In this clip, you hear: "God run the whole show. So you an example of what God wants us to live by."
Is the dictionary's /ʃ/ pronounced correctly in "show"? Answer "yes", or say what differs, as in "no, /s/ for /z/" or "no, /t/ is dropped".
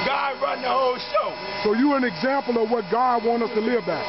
yes